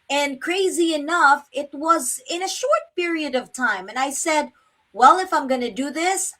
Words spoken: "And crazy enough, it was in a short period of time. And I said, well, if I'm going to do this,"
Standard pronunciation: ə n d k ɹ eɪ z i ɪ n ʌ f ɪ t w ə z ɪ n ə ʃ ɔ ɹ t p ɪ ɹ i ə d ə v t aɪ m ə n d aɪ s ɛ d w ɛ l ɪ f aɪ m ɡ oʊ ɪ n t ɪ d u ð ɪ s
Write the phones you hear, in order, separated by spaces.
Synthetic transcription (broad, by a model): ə n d k ɹ eɪ z i ɪ n ʌ f ɪ t w ə z ɪ n ə ʃ ɔ ɹ t p ɪ ɹ i ə d ə v t aɪ m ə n aɪ s ɛ d w ɛ l ɪ f aɪ m ɡ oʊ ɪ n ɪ d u ð ɪ s